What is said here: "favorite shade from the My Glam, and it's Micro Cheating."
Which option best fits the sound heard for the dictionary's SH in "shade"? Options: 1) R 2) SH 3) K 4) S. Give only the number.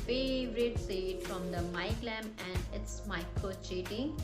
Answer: 4